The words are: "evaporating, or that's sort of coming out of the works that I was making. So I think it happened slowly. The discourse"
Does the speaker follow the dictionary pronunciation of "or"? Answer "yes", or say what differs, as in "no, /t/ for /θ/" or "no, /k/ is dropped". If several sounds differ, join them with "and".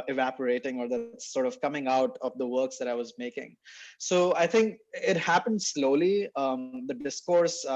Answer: yes